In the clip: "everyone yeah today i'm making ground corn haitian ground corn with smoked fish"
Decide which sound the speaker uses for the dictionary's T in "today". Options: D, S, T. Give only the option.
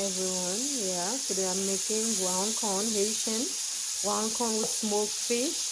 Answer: S